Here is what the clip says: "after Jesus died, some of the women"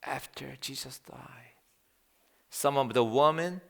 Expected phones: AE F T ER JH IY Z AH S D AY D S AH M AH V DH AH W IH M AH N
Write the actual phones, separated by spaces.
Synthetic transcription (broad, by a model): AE F T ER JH IY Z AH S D AY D S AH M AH W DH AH W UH M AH N